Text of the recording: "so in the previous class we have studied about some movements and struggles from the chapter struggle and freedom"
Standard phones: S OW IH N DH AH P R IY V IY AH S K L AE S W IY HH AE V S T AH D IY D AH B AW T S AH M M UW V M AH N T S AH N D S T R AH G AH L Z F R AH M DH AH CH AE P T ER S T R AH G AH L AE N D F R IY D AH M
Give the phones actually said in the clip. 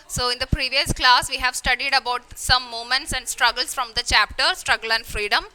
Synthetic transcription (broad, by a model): S OW IH N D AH P R IY V IY AH S K L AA S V IY HH AE V S T AH D IY D AH B AW T S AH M M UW M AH N T S AH N D S T R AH G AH L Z F R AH M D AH CH AE P T ER S T R AH G AH L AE N D F R IY D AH M